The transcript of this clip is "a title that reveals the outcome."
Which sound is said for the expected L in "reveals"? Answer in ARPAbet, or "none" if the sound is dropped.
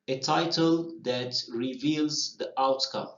L